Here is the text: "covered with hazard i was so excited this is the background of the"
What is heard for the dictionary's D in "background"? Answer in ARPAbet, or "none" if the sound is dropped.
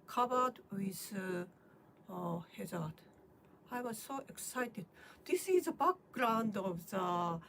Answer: D